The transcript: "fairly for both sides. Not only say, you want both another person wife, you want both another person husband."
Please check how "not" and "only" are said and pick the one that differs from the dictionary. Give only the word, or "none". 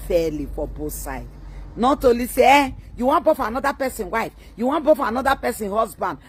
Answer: only